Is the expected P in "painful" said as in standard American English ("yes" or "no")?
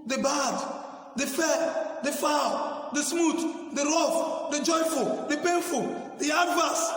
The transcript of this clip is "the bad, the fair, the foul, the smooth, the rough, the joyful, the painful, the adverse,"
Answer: yes